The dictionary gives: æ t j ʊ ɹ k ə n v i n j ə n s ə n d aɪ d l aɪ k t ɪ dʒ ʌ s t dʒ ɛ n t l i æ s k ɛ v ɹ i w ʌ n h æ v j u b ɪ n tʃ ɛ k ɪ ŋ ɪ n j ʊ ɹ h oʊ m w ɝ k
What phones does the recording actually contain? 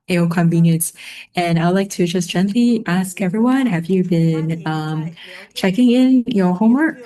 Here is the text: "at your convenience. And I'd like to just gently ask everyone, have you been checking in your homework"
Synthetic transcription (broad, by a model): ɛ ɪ l k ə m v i n j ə n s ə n aɪ d l aɪ k t ɪ dʒ ʌ s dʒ ɛ n t l i æ s k ɛ v ɹ i w ʌ n h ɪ v j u b ɪ n tʃ ɛ k ɪ ŋ ɪ n j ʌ ɹ h oʊ m w ɝ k